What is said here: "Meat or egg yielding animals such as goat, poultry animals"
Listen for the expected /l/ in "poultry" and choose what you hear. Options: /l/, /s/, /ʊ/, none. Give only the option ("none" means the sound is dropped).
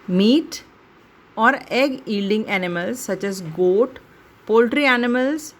/l/